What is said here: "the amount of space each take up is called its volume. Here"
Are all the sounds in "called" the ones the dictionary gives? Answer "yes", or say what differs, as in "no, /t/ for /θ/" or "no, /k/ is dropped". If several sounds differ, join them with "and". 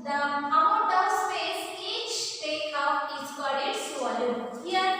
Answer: no, /l/ is dropped